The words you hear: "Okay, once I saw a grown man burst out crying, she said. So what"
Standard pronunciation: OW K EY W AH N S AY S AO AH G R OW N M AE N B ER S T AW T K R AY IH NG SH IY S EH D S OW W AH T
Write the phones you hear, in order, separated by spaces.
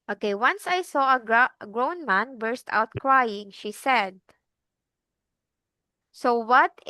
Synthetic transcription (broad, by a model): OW K EY W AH N S AY S AO AH G R OW N M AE N B ER S T AW T K R AY IH NG SH IY S EH D S OW W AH T